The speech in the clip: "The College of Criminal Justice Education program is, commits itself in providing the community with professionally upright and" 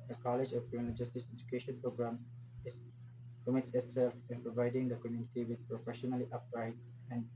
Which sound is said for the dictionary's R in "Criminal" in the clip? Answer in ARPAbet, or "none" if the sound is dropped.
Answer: none